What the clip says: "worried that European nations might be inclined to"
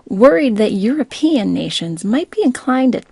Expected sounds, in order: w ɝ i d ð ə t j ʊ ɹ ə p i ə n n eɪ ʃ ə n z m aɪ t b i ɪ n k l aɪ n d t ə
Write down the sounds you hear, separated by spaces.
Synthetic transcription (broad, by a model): w ɝ i d ð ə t j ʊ ɹ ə p i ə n n eɪ ʃ ə n z m aɪ t b i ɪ n k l aɪ n d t